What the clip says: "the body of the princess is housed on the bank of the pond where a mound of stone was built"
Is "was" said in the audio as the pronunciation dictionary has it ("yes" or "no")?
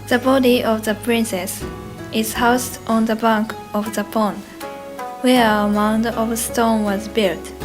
yes